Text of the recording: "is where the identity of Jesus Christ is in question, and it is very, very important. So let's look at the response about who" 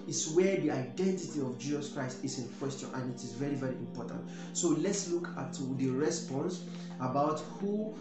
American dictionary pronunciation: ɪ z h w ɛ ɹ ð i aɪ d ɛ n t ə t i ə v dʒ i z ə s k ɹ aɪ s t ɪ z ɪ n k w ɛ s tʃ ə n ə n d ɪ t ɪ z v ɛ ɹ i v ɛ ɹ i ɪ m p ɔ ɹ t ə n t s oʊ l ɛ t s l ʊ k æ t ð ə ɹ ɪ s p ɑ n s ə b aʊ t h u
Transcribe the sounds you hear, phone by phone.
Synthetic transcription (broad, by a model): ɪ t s w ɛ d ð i aɪ d ɛ n t ə t i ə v dʒ i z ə s k ɹ aɪ s t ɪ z ɪ n k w ɛ s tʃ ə n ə n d ɪ t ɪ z v ɛ ɹ i v ɛ ɹ i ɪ m p ɔ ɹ t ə n t s oʊ l ɛ t s l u k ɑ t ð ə ɹ ɪ s p ɑ n s ə b aʊ t h u